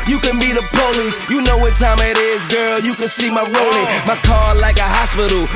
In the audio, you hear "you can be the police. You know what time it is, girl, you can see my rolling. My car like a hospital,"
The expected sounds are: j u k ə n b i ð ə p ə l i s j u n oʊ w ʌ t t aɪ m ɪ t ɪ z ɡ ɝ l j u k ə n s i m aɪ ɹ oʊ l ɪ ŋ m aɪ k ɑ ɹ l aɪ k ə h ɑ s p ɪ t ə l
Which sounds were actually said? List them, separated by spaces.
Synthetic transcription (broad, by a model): j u k ə n b i ð ə p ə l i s j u n oʊ w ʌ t t aɪ m ɪ t ɪ z ɡ ɝ l j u k ə n s i m aɪ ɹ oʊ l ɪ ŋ m aɪ k ɑ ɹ l aɪ k ə h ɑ s p ɪ t l